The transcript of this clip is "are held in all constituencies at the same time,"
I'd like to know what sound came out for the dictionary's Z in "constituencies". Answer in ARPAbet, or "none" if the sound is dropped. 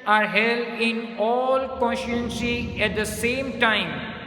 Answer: none